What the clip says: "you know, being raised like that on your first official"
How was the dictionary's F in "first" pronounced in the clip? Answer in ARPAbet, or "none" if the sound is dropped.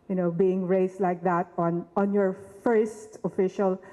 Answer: F